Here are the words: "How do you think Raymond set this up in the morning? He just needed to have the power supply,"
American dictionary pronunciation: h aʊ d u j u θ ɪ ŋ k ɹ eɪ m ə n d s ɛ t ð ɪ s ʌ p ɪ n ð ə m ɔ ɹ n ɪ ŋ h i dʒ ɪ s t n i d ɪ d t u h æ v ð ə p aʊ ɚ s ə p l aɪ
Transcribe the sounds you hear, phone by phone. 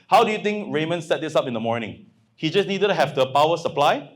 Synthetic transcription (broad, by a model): h aʊ d u j u t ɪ ŋ k ɹ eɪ m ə n s ɛ t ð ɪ s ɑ p ɪ n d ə m ɔ ɹ n ɪ ŋ h i dʒ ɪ s n i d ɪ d t u h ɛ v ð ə p aʊ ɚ s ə p l aɪ